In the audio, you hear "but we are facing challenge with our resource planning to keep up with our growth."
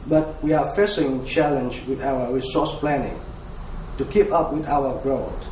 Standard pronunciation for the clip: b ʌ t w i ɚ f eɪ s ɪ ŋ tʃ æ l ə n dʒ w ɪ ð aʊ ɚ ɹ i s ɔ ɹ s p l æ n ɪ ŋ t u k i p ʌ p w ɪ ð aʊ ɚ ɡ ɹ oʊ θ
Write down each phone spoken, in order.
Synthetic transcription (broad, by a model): b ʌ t w i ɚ f eɪ s ɪ ŋ tʃ æ l ə n dʒ w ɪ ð aʊ ɚ ɹ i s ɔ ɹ s p l æ n ɪ ŋ t u k i p ʌ p w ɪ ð aʊ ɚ ɡ ɹ oʊ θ